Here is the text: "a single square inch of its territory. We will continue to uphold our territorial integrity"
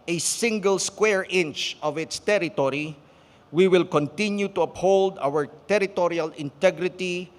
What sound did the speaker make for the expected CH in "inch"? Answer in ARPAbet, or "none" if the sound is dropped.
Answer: CH